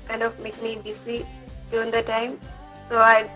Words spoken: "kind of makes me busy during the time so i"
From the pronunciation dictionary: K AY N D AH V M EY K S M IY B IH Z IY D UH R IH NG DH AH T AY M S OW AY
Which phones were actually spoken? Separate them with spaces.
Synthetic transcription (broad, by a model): K AY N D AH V M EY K M IY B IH S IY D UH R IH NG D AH T AY M S OW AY